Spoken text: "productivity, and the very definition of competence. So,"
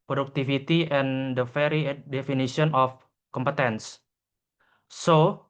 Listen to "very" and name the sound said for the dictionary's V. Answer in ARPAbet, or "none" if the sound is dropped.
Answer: F